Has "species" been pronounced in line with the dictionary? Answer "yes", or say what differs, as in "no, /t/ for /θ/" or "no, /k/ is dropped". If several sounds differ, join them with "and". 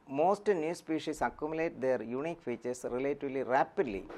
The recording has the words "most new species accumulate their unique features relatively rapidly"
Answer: no, /s/ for /z/